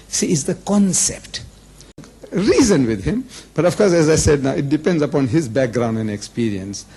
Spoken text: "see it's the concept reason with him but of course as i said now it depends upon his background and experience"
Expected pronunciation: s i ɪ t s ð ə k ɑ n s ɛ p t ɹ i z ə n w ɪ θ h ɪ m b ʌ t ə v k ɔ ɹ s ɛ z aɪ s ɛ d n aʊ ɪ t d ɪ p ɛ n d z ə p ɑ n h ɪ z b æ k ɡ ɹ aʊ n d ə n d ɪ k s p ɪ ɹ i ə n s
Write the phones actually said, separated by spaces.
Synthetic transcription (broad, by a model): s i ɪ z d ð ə k ɑ n s ɛ p t ɹ i z ə n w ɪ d h ɪ m b ʌ t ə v k ɔ ɹ s ɛ z aɪ s ɛ d n aʊ ɪ t d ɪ p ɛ n d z ə p ɑ n h ɪ z b æ k ɡ ɹ aʊ n d ə n d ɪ k s p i ɹ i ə n s